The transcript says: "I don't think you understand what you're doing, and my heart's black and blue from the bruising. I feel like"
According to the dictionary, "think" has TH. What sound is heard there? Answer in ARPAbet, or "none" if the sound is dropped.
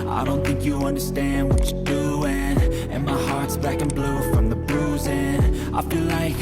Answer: TH